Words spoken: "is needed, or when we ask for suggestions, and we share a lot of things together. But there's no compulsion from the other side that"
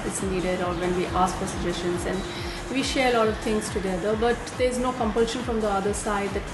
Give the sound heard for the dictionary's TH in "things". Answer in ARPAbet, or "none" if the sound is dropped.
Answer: T